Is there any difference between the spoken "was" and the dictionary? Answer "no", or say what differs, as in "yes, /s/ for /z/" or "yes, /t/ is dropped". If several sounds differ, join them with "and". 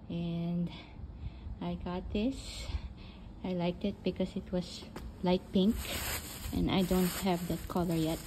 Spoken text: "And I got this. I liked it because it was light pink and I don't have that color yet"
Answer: yes, /s/ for /z/